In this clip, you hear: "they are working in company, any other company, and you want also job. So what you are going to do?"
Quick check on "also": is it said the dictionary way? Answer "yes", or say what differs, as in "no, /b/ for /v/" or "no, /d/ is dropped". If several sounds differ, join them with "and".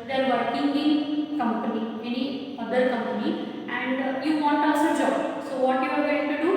no, /l/ is dropped